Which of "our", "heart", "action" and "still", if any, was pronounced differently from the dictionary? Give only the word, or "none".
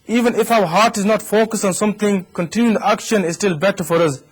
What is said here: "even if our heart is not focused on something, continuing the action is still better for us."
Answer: none